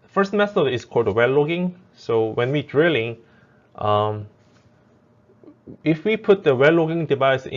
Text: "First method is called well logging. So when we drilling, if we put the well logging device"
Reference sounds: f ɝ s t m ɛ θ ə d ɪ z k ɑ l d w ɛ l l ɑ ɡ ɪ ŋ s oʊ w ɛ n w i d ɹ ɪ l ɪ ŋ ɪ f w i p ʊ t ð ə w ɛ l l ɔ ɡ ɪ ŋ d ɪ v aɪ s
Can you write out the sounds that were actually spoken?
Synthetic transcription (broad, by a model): f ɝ s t m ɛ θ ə ɪ s k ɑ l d w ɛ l l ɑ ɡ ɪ ŋ s oʊ w ɛ n w i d ɹ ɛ l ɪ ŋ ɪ f w i p ʊ t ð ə w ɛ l l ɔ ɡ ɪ ŋ d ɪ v aɪ s